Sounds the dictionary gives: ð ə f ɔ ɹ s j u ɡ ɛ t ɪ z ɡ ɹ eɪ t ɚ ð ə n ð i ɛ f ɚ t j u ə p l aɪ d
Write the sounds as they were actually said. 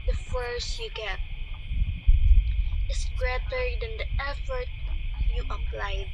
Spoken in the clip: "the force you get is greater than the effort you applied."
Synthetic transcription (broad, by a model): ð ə f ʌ ɹ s j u ɡ ɛ t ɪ s ɡ ɹ eɪ t ɚ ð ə n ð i ɛ f ɚ t j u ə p l aɪ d